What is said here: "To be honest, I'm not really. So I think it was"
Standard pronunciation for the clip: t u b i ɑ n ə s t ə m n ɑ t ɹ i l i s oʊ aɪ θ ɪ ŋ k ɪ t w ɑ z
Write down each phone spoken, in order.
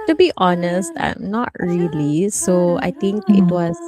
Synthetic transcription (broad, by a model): t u b i ɑ n ə s t ə m n ɑ t ɹ i l i s oʊ aɪ t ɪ ŋ k ɪ t w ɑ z